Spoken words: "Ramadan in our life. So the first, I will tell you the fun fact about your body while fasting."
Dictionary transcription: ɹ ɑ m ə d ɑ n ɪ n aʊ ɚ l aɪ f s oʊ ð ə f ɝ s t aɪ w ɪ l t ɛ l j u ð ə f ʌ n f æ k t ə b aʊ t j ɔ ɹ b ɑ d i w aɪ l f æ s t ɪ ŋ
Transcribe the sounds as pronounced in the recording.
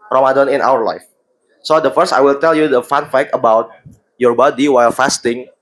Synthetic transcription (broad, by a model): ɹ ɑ m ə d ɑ n ɪ n aʊ ɚ l aɪ f s oʊ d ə f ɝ s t aɪ w ɪ l t ɛ l j u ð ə f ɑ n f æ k ə b aʊ t j ɔ ɹ b ɑ d i w aɪ l f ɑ s t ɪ ŋ